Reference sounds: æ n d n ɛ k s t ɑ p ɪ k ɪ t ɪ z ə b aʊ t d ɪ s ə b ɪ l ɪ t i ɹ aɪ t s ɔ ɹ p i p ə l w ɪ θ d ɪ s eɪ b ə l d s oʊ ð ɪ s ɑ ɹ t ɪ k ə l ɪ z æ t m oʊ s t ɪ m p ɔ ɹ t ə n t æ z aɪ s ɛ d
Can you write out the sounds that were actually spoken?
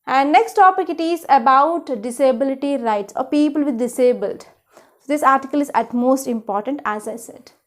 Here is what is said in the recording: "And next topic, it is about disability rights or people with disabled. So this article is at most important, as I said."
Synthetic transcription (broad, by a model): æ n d n ɛ k s t ɑ p ɪ k ɪ t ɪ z ə b aʊ t d ɪ s ə b ɪ l ɪ t i ɹ aɪ t s ɔ ɹ p i p ə l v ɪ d d ɪ s eɪ b ə l d s oʊ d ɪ s ɑ ɹ t ɪ k ə l ɪ z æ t m oʊ s t ɪ m p ɔ ɹ t ə n t æ z aɪ s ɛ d